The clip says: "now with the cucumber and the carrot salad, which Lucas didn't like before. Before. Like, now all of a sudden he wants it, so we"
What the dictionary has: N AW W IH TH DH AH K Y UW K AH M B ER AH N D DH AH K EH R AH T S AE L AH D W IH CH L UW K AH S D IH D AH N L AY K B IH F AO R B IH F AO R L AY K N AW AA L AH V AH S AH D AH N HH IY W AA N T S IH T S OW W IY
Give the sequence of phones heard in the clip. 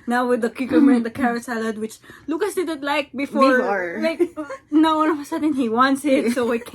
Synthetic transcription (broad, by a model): N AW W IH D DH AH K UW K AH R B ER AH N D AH K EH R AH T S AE L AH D W IH CH L UW K AH S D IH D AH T L AY K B B IH F AO R L AY K N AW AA N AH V AH S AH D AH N HH IY W AA N T S IH T S OW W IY